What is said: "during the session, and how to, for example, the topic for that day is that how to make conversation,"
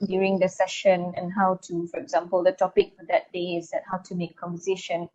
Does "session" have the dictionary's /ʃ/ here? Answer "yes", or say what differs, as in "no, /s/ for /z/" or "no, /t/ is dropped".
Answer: yes